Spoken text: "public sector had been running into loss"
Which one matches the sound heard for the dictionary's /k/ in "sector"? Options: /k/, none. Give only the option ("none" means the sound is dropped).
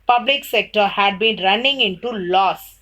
/k/